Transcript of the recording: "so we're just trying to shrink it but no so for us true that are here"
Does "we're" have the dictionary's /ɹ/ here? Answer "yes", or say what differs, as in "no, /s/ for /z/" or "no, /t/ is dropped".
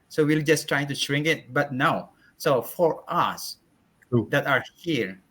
no, /l/ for /ɹ/